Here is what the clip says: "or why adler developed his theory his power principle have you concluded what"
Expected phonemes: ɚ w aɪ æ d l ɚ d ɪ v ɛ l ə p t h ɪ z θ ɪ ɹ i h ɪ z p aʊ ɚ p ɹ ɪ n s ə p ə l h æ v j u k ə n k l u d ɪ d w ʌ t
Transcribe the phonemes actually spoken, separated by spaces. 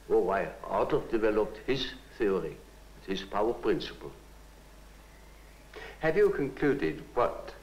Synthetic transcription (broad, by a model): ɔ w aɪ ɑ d ɚ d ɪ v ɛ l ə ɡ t h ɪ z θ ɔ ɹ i h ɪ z p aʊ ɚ p ɹ ɪ n s ə p ə l h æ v j u k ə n k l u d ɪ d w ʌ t